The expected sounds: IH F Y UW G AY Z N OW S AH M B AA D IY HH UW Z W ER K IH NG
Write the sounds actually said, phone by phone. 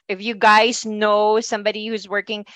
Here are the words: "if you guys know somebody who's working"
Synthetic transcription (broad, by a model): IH F Y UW G AY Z N OW S AH M B AA D IY HH UW Z W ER K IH NG